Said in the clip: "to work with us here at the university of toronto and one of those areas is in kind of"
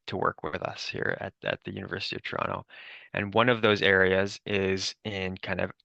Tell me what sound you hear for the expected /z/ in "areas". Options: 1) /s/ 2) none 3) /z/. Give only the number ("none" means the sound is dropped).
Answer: 3